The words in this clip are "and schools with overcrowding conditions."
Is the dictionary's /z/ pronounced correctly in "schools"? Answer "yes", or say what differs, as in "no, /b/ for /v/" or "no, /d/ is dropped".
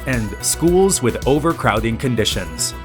yes